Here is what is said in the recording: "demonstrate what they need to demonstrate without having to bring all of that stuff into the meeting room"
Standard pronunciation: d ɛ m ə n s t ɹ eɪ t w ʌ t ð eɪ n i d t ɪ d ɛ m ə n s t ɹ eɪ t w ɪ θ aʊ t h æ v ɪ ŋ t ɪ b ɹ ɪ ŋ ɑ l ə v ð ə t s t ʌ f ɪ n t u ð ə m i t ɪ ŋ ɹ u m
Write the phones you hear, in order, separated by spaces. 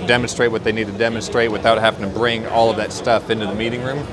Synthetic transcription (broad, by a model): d ɛ m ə n s t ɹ eɪ t w ʌ t ð eɪ n i d t ɪ d ɛ m ə n s t ɹ eɪ t w ɪ θ aʊ t h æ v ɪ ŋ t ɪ b ɹ ɪ ŋ ɑ l ə v ð ə t s t ʌ f ɪ n t u ð ə m i t ɪ ŋ ɹ u m